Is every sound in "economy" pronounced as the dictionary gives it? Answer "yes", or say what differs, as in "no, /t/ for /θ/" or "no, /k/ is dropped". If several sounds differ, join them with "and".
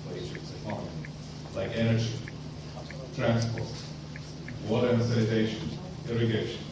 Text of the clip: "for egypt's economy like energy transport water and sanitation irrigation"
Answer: no, /l/ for /n/ and /m/ is dropped